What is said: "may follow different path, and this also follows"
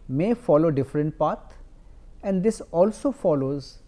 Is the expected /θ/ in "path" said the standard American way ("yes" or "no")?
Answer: no